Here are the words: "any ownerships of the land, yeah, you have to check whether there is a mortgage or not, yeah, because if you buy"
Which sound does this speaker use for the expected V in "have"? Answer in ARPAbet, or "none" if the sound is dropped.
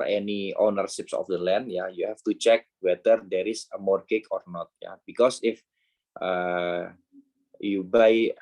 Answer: F